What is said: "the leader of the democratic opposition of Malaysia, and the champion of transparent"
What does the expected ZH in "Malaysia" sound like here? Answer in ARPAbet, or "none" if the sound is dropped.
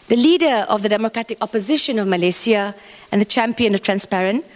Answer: S